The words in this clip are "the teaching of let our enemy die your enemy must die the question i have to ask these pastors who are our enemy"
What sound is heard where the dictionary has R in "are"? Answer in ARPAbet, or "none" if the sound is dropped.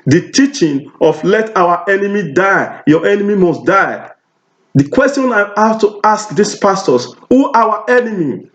W